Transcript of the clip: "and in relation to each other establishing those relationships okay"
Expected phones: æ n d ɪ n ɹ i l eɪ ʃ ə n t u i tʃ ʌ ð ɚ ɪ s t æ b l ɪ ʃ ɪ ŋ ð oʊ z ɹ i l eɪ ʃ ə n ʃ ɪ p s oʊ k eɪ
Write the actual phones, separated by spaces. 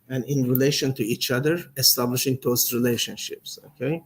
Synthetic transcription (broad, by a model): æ n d ɪ n ɹ i l eɪ ʃ ə n t u i tʃ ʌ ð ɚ ɪ s t æ b l ɪ ʃ ɪ ŋ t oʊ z ɹ i l eɪ ʃ ə n ʃ ɪ p s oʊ k eɪ